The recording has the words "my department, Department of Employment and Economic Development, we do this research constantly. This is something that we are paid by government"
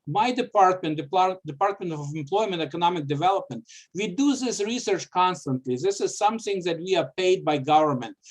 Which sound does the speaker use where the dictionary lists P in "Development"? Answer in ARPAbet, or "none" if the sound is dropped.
P